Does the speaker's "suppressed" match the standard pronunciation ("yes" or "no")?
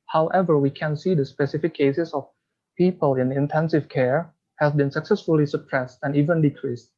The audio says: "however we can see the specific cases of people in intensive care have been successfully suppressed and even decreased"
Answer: yes